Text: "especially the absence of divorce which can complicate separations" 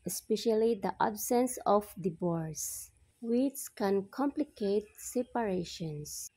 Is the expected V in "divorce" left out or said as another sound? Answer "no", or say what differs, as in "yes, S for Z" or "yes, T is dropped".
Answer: yes, B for V